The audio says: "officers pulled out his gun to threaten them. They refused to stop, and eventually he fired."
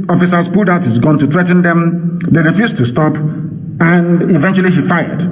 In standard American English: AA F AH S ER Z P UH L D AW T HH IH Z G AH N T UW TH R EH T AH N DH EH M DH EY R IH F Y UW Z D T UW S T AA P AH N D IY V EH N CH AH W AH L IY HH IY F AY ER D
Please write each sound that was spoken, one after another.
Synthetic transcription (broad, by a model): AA F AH S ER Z P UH D AW T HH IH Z G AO N T UW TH R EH T N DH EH M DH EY R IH F Y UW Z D T UW S T AA P AH N D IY V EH N CH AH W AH L IY HH IY F AY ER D